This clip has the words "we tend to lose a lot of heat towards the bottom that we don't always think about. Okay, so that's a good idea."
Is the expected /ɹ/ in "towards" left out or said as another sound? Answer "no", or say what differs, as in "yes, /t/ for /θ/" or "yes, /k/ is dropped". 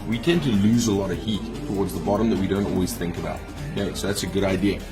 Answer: no